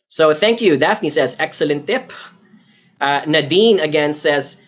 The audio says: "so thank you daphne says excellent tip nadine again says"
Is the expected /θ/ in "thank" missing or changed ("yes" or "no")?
no